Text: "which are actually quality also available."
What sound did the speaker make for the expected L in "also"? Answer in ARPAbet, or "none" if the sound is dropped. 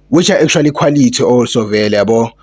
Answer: W